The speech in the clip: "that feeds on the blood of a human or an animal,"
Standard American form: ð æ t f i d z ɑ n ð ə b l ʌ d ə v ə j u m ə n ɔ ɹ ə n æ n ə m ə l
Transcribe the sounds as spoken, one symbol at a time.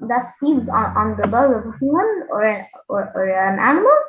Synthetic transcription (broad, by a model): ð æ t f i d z ɑ n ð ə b ʌ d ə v ə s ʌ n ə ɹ ɔ ɹ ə n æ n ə m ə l